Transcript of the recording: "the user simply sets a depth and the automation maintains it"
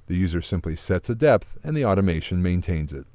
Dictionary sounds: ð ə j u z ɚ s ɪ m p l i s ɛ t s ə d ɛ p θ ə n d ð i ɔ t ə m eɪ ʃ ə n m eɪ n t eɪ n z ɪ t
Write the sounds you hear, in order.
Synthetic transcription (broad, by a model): ð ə j u z ɚ s ɪ m p l i s ɛ t s ə d ɛ p θ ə n ð i ɔ t ə m eɪ ʃ ə n m eɪ n t eɪ n z ɪ t